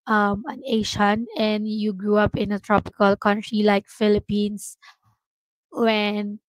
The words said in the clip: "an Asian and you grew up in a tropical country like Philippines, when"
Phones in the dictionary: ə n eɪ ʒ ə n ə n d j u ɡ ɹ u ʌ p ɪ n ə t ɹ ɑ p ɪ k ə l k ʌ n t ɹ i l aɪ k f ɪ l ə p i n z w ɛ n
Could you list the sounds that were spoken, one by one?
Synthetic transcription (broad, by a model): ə n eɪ ʃ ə n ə n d j u ɡ ɹ u ʌ p ɪ n ə t ɹ ɑ p ɪ k ə l k ʌ n t ɹ i l aɪ k f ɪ l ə p i n s w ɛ n